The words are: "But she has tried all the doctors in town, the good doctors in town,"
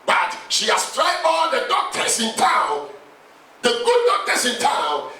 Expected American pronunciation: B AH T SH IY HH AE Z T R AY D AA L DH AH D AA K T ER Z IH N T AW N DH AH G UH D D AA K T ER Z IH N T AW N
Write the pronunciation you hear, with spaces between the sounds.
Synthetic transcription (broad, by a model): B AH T SH IY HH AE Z T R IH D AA N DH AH D AA K T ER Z IH N T AW N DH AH G UH D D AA K T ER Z IH N T AW N